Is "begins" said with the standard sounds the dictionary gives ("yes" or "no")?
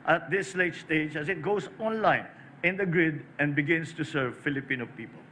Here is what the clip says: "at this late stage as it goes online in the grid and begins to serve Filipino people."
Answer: no